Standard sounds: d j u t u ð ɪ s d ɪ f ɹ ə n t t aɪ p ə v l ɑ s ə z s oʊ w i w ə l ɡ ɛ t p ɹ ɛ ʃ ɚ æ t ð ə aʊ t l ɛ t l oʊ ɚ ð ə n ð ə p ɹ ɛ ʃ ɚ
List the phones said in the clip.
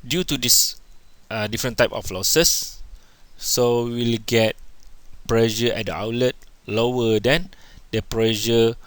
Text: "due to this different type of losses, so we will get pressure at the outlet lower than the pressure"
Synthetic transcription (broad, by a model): d j u t u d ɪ s d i f ɹ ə n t t aɪ p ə f l ɑ s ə s oʊ w i l ɡ ɛ t p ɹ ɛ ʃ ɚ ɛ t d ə aʊ l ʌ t l oʊ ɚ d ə n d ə p ɹ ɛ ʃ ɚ